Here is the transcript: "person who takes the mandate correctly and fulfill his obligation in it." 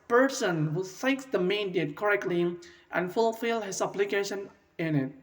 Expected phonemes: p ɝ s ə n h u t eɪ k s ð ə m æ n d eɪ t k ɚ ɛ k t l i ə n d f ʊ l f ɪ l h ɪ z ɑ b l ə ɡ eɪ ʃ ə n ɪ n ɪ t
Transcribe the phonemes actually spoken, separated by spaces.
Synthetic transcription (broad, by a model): p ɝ s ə n h u s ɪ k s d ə m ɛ n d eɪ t k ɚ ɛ k t l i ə n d f ʊ l f ɪ l h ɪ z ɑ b l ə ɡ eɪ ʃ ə n ɪ n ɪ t